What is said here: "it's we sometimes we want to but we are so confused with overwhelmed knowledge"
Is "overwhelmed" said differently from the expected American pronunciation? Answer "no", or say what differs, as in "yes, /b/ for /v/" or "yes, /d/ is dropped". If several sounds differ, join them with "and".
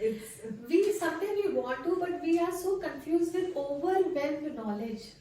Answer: yes, /m/ is dropped